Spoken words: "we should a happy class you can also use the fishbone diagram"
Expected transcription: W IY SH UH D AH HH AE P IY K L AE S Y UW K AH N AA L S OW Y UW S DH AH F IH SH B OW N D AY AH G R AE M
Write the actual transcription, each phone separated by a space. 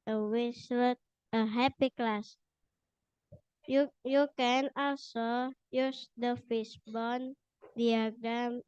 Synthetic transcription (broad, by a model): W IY S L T AH HH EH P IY K L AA S Y UW K AH N AA L S OW Y UW S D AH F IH S B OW N D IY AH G R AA M